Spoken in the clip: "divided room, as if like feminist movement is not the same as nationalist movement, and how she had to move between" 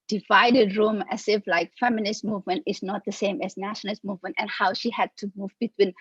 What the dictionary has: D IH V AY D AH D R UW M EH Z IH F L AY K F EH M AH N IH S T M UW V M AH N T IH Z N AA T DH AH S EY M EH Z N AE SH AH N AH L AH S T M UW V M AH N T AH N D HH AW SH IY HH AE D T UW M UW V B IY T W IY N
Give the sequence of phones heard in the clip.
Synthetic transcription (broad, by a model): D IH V AY D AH D R UW M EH S IH F L AY K F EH M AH N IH S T M UW V M AH N T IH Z N AA T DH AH S EY M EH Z N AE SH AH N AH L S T M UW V M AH N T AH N HH AW SH IY HH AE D T UW M UW V B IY T W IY N